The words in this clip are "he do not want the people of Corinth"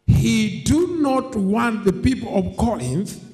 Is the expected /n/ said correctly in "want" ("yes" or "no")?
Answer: yes